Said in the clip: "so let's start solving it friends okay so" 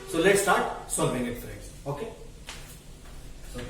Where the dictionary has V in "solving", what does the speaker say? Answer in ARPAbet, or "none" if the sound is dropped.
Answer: B